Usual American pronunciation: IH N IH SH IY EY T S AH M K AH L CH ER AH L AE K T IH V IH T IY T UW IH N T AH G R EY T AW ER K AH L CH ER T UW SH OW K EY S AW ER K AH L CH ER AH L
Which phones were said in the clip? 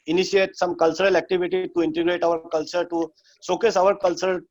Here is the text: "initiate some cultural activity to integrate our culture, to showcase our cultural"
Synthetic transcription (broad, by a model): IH N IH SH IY EY T S AH M K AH L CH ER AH L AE K T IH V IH T IY T UW IH N T AH G R EY T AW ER K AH L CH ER T UW S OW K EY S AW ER K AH L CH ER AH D